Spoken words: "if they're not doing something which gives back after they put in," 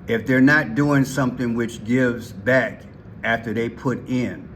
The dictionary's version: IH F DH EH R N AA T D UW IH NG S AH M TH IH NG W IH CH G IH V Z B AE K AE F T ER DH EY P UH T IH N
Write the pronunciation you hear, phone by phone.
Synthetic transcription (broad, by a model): IH F DH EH R N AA T D UW IH NG S AH M TH IH NG W IH CH G IH V Z B AE K AE F T ER DH EY P UH T IH N